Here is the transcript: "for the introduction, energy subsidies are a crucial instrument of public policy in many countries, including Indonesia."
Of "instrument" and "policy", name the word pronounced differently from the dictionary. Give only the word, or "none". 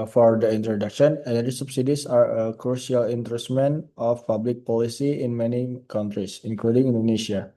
instrument